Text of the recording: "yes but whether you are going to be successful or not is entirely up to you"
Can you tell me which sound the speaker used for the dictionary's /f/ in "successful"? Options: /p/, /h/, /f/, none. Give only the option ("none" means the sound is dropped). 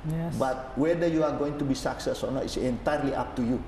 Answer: none